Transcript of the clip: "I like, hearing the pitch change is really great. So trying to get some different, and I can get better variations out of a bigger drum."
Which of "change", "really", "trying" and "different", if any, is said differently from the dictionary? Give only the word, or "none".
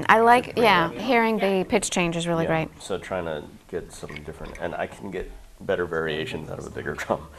none